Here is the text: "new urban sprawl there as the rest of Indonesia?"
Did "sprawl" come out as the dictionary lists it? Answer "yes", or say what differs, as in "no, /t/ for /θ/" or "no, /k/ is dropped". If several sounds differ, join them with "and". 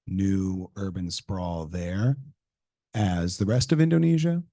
yes